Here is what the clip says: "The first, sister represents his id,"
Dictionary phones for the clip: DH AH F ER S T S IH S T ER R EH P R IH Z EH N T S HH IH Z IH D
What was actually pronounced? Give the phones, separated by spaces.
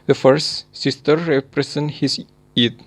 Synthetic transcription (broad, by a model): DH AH F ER S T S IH S T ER R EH P R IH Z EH N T HH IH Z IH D